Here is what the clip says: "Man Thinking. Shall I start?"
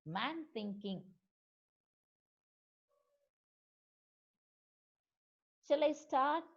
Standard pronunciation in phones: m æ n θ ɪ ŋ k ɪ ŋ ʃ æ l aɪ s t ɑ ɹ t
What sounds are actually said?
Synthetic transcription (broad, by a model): m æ n θ ɪ ŋ k ɪ ŋ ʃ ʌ l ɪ s t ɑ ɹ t